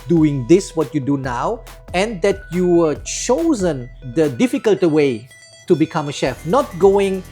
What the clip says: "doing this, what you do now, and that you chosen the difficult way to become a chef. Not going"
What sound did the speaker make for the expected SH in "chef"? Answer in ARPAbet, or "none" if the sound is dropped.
SH